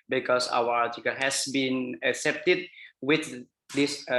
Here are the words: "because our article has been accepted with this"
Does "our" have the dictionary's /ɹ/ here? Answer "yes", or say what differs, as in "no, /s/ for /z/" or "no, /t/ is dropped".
no, /w/ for /ɹ/